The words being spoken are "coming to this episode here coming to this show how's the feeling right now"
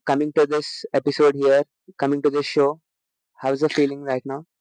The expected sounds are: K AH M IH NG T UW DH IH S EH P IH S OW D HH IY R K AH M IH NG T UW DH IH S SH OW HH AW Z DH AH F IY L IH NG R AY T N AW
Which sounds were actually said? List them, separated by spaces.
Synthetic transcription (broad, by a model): K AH M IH NG T UW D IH S EH P IH S OW D HH IY R K AH M IH NG T UW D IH S SH OW HH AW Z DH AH F IY L IH NG R AY T N AW